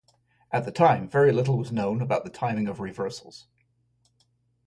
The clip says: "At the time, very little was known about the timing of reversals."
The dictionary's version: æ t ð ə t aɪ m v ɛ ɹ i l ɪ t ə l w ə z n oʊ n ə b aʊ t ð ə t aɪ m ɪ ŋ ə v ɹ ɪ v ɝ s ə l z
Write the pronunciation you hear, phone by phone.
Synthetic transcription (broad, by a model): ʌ t ð ə t aɪ m v ɛ ɹ i l ɪ t l w ə z n oʊ n ə b aʊ t ð ə t aɪ m ɪ ŋ ə v ɹ ɪ v ɝ s ə l z